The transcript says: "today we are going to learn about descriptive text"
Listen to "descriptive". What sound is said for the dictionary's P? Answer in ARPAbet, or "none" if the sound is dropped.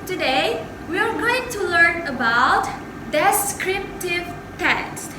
P